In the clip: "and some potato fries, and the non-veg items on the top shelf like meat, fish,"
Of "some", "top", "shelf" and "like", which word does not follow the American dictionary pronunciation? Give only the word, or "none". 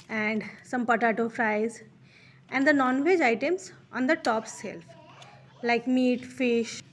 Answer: shelf